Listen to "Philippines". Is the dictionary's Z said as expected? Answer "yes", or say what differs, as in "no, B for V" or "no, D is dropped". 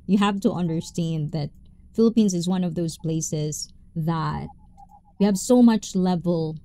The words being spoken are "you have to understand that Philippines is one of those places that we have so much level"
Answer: yes